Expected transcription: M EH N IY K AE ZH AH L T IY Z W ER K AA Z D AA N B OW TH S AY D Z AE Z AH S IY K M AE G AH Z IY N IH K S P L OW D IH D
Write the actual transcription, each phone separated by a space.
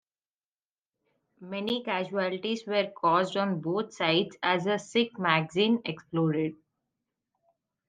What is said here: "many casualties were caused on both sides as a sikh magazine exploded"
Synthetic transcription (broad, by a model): M EH N IY K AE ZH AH L T IY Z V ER K AA Z D AA N B OW T S AY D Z AE Z AH S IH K M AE G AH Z IY N IH K S P L OW D IH D